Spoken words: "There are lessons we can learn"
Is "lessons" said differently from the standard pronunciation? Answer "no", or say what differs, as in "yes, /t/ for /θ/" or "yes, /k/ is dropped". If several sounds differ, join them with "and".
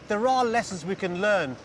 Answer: no